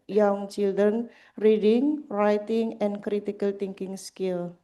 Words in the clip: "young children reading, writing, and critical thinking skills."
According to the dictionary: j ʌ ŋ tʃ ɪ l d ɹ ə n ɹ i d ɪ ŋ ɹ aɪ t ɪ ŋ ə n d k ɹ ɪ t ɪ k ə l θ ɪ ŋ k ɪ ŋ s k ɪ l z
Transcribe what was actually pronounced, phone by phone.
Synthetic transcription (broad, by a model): j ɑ ŋ tʃ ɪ l d ɹ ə n ɹ i d ɪ ŋ ɹ aɪ t ɪ ŋ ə n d k ɹ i t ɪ k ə l t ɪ ŋ k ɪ ŋ s k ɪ l